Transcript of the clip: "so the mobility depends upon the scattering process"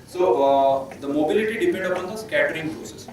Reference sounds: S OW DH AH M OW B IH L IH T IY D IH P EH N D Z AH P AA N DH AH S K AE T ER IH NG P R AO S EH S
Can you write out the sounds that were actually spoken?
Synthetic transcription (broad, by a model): S OW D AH M OW B IH L IH T IY D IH P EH N D AH P AA N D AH S K AE T ER IH NG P R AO S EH S